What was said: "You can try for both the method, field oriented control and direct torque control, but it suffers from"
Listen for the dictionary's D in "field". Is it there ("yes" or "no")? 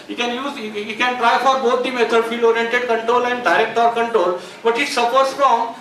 no